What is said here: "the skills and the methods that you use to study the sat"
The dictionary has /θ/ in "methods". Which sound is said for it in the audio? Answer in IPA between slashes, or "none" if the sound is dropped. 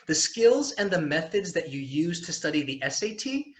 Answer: /θ/